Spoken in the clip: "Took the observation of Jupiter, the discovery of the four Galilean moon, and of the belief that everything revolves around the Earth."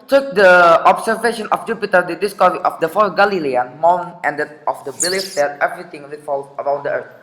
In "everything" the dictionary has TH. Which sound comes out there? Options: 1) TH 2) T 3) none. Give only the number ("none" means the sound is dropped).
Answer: 2